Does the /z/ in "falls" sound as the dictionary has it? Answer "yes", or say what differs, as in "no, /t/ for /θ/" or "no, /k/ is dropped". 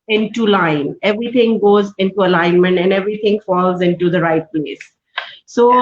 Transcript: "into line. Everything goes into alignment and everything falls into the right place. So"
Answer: yes